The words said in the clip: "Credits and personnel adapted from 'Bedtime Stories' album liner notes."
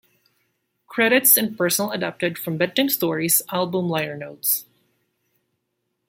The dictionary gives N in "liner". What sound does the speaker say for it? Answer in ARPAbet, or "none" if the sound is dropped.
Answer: none